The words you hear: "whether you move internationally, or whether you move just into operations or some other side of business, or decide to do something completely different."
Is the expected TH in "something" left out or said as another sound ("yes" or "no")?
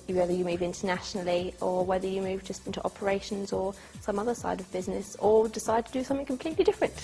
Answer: no